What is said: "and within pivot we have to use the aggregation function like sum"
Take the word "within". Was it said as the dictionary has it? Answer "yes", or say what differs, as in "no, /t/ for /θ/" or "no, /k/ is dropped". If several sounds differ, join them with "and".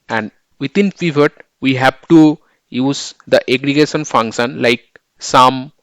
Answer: no, /t/ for /θ/